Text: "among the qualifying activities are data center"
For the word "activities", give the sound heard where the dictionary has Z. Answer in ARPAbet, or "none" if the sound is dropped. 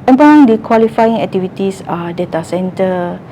S